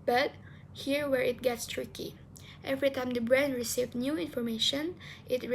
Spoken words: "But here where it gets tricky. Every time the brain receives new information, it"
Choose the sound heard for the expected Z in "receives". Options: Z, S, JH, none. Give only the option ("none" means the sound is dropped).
none